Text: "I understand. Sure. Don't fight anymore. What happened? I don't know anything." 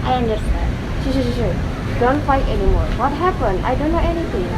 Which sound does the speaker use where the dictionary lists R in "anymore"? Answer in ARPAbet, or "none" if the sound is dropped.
R